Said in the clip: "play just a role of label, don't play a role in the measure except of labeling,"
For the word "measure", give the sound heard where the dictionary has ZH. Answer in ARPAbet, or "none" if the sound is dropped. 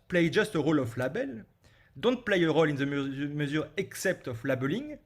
Z